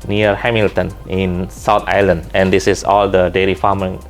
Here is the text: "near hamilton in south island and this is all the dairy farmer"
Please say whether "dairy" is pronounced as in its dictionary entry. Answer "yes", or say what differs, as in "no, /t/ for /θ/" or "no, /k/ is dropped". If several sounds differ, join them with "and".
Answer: no, /l/ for /ɹ/